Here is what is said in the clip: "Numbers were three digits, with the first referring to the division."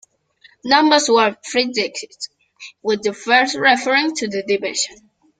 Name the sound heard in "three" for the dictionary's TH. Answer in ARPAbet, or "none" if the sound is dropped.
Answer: F